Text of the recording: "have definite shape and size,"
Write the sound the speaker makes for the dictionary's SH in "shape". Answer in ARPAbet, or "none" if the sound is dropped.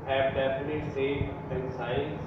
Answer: S